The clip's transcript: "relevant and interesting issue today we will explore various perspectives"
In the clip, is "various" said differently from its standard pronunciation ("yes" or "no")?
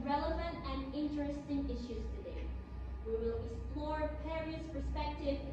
yes